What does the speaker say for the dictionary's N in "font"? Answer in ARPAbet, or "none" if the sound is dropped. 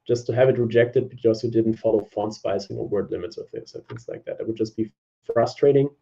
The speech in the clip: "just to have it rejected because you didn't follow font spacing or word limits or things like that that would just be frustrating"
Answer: N